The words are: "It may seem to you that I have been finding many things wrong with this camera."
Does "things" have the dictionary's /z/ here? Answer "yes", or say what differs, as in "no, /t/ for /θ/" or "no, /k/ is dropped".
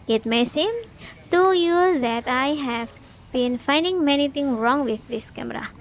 no, /z/ is dropped